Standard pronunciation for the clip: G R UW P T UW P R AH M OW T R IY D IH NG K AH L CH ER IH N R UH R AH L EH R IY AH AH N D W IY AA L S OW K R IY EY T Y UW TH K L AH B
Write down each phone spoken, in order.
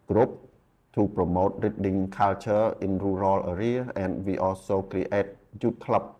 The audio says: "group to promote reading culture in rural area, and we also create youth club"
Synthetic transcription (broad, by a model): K R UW P T UW P R AH M OW T R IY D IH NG K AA L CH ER IH N R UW R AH L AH R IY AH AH N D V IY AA S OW K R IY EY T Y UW T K L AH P